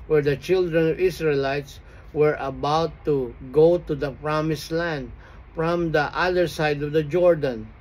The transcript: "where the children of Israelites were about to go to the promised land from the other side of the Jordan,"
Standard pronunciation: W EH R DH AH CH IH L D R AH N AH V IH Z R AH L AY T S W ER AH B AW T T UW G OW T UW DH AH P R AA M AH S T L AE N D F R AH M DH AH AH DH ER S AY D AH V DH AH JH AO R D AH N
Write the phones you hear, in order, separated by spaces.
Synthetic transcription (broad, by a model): W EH R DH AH CH IH L D R AH N AH V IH S R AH L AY T S W ER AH B AW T T UW G OW T UW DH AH P R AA M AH S L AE N D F R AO M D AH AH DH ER S AY D AH V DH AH JH AO R D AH N